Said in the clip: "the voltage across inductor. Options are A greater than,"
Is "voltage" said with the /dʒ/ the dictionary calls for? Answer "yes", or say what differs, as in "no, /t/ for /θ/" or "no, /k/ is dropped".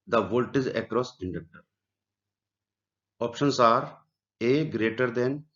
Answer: no, /z/ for /dʒ/